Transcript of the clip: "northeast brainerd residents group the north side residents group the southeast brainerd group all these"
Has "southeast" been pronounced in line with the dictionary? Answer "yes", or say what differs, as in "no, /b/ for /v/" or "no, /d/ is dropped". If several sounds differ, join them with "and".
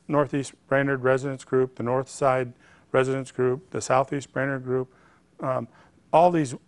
yes